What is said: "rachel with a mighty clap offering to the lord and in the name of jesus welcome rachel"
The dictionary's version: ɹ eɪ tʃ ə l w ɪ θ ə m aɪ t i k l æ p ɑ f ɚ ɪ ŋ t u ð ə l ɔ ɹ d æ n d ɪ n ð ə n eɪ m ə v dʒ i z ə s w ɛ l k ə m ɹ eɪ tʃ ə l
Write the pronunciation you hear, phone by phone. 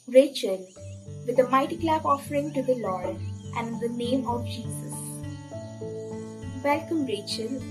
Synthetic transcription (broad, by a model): ɹ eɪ tʃ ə l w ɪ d ə m aɪ t i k l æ b ɑ f ɚ ɪ ŋ t u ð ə l ɔ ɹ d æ n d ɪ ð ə n eɪ m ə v dʒ i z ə s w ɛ l k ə m ɹ eɪ tʃ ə l